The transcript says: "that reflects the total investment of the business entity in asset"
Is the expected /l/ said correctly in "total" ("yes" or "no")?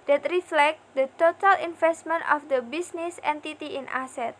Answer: yes